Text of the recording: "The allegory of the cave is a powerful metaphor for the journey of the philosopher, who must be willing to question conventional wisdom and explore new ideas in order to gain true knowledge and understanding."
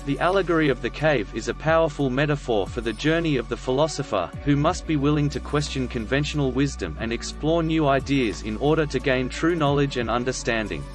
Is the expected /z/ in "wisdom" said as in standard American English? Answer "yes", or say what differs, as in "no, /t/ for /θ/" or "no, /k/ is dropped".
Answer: yes